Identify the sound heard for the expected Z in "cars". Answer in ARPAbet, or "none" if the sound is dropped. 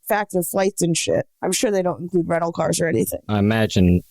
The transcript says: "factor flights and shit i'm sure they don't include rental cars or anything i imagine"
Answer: Z